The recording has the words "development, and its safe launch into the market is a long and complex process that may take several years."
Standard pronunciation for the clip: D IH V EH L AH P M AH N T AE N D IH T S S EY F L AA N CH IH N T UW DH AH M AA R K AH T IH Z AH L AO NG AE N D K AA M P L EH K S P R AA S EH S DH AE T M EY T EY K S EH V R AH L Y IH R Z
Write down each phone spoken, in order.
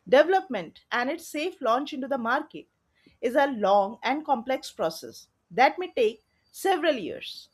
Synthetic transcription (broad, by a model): D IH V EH L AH P M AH N T AE N D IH T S S EY F L AA N CH IH N T UW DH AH M AA R K AH T IH Z AH L AO NG AE N D K AA M P L EH K S P R AA S EH S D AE T M EY T EY K S EH V R AH L Y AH R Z